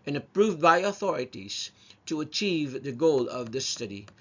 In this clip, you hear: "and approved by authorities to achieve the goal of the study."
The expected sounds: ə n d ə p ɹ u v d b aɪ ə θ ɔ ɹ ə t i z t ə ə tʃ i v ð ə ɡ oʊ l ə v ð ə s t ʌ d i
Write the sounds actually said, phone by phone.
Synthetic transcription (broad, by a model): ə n ə p ɹ u v d b aɪ ə θ ɔ ɹ ə t i z t ə ə tʃ i v ð ə ɡ oʊ l ə v ð ə s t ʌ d i